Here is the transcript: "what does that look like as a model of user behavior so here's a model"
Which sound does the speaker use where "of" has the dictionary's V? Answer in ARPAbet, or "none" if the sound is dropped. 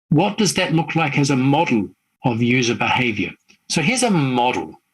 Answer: V